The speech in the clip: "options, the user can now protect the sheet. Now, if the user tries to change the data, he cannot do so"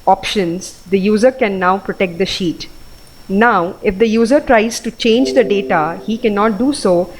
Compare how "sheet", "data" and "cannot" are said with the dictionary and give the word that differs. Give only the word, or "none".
none